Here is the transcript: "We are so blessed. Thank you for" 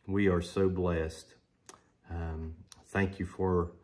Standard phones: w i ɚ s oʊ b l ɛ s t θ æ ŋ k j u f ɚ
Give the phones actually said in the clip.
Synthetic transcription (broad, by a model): w i ɚ s oʊ b l ɛ s t θ æ ŋ k j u f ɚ